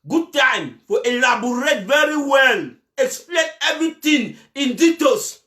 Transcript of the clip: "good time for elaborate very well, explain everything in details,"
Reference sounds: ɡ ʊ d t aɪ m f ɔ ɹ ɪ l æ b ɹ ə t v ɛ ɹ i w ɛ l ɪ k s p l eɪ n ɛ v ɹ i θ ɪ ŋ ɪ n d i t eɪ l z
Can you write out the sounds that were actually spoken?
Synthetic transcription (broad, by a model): ɡ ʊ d t aɪ m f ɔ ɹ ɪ l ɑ b ɹ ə t v ɛ ɹ i w ɛ l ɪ k s p l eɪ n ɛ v ɹ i t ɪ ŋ ɪ n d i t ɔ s